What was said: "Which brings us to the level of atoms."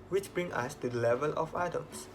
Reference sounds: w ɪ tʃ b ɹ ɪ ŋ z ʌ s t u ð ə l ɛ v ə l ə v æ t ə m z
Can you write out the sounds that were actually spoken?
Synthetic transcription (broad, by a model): w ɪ tʃ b ɹ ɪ ŋ ʌ s t u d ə l ɛ v ə l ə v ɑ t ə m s